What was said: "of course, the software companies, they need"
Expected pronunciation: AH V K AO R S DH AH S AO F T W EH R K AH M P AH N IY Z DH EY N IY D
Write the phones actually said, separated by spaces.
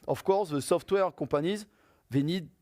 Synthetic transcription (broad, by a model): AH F K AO R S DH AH S AO F T W EH R K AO P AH N IY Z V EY N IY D